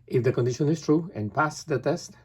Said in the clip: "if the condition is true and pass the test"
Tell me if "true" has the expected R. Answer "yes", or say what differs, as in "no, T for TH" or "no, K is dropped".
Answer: yes